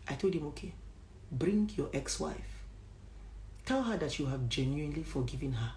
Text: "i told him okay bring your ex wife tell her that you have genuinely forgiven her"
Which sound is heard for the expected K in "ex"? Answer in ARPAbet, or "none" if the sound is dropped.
K